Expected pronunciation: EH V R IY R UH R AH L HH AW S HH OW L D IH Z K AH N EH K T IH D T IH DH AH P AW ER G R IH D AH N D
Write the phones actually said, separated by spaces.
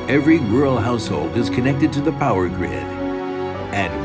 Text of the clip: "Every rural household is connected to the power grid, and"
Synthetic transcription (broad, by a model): EH V R IY W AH R L HH AW S HH OW L D IH Z K AH N EH K T IH D T IH DH AH P AW ER G R IH D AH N